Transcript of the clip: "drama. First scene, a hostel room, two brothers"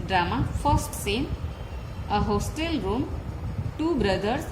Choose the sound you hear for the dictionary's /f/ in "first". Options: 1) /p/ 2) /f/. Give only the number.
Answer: 1